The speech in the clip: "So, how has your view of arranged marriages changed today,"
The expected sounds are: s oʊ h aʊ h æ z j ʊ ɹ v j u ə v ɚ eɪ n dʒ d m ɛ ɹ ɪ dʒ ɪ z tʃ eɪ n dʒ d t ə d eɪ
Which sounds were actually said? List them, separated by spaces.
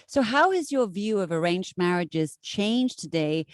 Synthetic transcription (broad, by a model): s oʊ h aʊ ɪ z j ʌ ɹ v j u ə v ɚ eɪ n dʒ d m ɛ ɹ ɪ dʒ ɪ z tʃ eɪ n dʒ t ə d eɪ